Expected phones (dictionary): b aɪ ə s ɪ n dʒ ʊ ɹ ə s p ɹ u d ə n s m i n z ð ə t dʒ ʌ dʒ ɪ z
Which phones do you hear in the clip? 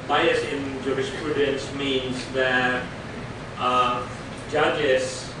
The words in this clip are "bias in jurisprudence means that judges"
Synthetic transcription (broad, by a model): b aɪ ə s ɪ n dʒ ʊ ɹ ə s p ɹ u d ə n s m i n z ð ə t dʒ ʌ dʒ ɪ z